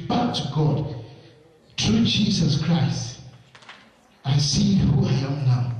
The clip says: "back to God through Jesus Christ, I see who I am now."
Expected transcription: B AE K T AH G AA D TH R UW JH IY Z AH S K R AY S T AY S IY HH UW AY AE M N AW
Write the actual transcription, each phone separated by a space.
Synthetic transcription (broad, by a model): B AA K T AH G AA D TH R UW JH IY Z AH S K R AY S T AY S IY HH UW AY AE M N AW